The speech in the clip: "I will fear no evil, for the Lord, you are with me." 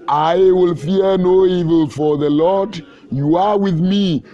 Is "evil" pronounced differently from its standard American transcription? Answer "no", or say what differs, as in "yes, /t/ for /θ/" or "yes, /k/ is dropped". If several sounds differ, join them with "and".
no